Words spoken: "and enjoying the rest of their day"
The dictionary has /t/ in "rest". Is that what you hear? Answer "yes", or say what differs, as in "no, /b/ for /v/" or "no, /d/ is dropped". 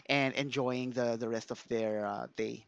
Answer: yes